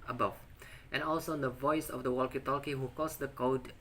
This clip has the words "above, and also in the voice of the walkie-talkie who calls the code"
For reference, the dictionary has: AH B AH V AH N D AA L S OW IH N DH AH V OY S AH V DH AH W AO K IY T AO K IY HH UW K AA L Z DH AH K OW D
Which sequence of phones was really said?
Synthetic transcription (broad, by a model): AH B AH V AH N AA L S OW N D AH V OY S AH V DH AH W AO K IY T AO K IY HH UW K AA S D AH K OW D